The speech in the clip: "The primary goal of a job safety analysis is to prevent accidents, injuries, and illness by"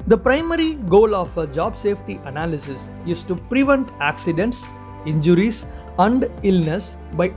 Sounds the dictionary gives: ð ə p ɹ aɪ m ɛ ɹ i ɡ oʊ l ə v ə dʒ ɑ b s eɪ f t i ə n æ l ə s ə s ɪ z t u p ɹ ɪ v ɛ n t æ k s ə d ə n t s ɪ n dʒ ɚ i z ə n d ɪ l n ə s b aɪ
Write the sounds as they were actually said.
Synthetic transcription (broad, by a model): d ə p ɹ aɪ m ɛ ɹ i ɡ oʊ l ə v ə dʒ ɑ b s eɪ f t i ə n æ l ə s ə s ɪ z t u p ɹ ɪ v ɛ n t æ k s ə d ə n t s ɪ n dʒ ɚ i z ə n d ɪ l n ə s b aɪ